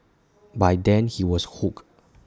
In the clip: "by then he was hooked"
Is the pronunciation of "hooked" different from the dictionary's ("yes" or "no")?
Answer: yes